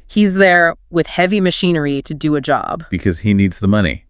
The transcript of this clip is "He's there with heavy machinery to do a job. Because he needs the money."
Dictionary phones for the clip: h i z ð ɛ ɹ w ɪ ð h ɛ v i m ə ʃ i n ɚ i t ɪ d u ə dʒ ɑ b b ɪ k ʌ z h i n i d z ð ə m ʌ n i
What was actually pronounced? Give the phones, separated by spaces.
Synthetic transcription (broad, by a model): h i z ð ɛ ɹ w ɪ ð h ɛ v i m ə ʃ i n ɚ i t ɪ d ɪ ə dʒ ɑ b b ɪ k ʌ z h i n i d z ð ə m ʌ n i